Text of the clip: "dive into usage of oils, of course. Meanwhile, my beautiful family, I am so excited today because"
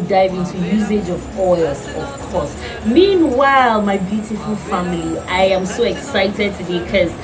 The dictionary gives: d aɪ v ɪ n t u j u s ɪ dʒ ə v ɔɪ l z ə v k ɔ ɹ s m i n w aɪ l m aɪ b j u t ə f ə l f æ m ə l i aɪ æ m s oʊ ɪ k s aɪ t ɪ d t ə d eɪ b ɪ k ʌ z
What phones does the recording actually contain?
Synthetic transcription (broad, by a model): d aɪ v ɪ n t u j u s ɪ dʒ ə v ɔɪ l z ə v k ɔ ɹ s m i n w aɪ l m aɪ b j u t ə f ə l f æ m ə l i aɪ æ m s oʊ ɪ k s aɪ t ɪ d t ə d eɪ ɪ k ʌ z